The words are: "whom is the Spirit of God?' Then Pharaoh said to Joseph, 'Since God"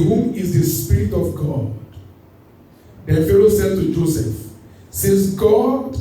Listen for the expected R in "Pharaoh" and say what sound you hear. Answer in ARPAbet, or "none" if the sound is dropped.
L